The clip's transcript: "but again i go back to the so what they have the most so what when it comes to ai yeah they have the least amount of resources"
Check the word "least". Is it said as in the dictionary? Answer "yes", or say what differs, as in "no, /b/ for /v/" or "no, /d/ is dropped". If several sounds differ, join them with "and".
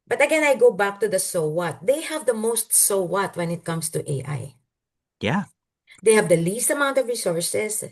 yes